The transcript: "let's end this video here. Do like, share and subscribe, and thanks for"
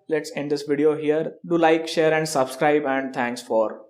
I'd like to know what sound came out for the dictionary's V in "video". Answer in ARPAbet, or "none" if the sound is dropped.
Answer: V